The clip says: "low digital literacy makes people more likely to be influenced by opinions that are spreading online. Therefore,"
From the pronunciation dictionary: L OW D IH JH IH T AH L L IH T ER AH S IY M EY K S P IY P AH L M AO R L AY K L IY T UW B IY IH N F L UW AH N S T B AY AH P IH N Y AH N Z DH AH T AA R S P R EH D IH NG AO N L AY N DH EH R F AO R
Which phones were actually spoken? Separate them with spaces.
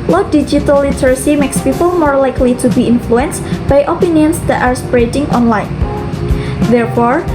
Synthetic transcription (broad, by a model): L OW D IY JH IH T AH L L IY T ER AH S IY M EY K S P IY P AH L M AO R L AY K L IY T UW B IY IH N F L UW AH N S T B AY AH P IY N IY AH N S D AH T AA R S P R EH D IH NG AO N L AY N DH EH R F AO R